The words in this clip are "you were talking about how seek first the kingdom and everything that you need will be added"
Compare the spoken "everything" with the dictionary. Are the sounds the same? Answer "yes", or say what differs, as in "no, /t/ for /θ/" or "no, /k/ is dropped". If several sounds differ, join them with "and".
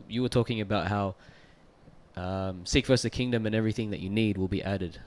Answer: yes